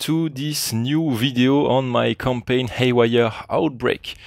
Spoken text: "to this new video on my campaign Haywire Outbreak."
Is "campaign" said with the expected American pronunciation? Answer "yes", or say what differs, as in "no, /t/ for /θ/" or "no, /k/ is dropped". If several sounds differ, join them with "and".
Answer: yes